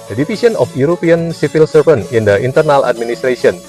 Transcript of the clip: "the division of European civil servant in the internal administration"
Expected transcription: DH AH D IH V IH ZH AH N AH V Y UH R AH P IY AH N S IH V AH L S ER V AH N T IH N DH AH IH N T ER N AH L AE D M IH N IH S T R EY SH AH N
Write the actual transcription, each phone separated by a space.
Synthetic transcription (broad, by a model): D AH D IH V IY S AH N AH F Y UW R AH P IY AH N S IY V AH L S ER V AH N IH N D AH IH N T ER N AH L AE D M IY N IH S T R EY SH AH N